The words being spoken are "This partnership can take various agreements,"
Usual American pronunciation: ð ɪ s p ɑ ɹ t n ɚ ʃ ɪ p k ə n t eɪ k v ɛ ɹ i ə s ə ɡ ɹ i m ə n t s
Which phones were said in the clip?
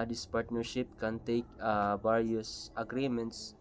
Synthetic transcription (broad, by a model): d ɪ s p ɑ ɹ t n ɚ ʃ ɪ p k ə n t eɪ k b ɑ ɹ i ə s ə ɡ ɹ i m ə n t s